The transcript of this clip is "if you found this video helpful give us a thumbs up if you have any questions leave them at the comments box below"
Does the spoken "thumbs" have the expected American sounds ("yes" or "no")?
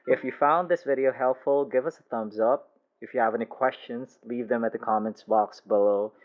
yes